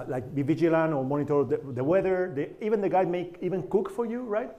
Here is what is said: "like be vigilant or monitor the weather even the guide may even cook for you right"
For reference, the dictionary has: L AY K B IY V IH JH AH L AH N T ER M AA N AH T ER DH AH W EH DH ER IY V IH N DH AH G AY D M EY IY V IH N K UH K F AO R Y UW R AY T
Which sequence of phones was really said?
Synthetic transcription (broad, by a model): L AY K B IY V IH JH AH L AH N ER M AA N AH T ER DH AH W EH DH ER IY V IH N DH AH G AY D M EY IY V IH N K UH K F AO R Y UW R AY T